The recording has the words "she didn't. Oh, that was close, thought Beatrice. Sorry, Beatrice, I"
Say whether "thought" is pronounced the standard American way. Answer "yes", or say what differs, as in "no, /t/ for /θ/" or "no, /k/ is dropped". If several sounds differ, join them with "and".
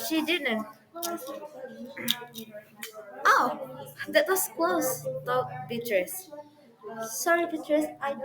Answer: no, /t/ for /θ/